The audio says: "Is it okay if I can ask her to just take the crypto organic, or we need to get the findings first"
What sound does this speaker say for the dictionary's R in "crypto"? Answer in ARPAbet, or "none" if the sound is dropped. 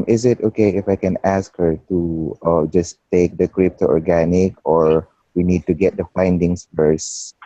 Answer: R